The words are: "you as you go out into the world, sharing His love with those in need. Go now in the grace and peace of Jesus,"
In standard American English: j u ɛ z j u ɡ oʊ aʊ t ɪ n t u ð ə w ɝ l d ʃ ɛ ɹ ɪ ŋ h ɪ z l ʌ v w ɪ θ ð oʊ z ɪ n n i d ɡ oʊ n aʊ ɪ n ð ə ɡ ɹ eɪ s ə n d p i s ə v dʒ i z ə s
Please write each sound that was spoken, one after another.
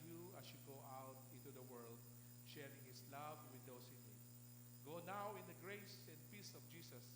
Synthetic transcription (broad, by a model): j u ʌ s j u ɡ oʊ aʊ t ɪ n t u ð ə w ɝ l d ʃ ɛ ɹ ɪ ŋ h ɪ s l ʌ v w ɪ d oʊ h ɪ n n i d ɡ oʊ n aʊ ɪ n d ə ɡ ɹ eɪ s ə n d p i s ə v dʒ i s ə s